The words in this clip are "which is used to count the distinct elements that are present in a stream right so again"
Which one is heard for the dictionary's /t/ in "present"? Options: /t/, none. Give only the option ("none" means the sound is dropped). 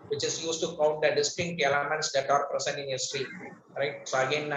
none